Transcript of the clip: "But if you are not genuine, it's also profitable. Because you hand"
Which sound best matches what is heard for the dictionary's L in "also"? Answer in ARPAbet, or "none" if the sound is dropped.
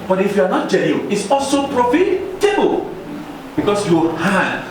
L